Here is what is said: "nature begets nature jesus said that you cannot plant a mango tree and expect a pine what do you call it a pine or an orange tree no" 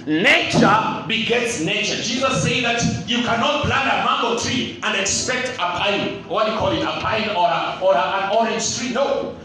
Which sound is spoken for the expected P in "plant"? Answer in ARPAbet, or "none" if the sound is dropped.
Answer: B